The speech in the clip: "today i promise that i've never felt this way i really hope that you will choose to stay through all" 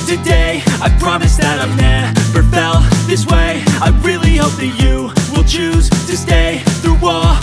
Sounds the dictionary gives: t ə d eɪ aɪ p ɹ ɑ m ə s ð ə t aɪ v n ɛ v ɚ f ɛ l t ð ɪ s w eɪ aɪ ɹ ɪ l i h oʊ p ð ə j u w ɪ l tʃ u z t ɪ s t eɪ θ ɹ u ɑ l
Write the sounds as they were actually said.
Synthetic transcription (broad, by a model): t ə d eɪ aɪ p ɹ ɑ m ə s ð ə t aɪ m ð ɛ p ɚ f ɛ l ð ɪ s w eɪ aɪ ɹ ɪ l i h oʊ p ð ə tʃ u w ɪ l tʃ u z t ɪ s t eɪ θ ɹ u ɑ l